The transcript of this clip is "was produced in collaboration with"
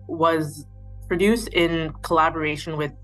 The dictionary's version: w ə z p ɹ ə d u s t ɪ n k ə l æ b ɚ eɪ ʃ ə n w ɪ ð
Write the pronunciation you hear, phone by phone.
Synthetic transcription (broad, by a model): w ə z p ɹ ə d u s t ɪ n k ə l æ b ɚ eɪ ʃ ə n w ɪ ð